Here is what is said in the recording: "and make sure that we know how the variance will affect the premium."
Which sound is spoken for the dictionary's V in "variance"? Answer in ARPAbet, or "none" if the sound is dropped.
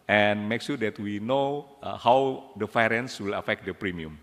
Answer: F